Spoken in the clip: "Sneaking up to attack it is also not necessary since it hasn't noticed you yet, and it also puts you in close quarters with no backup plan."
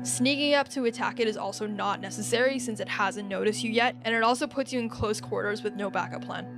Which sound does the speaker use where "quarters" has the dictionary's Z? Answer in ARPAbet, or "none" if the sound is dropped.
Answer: Z